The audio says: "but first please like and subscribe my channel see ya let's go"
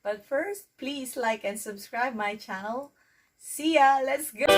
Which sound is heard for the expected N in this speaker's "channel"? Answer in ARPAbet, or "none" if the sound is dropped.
none